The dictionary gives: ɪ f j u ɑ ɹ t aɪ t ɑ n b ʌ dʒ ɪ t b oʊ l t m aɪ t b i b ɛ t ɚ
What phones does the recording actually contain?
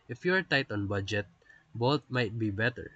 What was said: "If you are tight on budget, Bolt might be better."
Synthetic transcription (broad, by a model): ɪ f j u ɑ ɹ t aɪ t ɑ n b ʌ dʒ ɪ t b oʊ t m aɪ t b i b ɛ t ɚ